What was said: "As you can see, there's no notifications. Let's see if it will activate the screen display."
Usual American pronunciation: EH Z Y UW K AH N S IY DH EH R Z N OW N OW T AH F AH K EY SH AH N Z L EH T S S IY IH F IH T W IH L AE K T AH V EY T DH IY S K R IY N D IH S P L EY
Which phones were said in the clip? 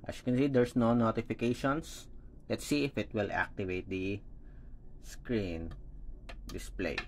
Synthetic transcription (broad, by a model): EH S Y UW K AH N S IY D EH R S N OW N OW T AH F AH K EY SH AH N S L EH T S S IY IH F IH T W IH L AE K T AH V EY T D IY S K R IY N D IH S P L EY